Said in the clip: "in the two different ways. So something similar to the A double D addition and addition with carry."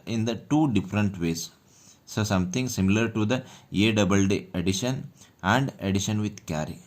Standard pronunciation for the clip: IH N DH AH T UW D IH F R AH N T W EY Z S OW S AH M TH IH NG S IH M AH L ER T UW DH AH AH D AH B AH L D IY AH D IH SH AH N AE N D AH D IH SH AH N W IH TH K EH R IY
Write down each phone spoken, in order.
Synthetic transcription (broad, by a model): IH N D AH T UW D IH F R AH N T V EY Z S OW S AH M T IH NG S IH M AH L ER T UW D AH AH D AH B AH L D IY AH D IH SH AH N AE N D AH D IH SH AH N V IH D K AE R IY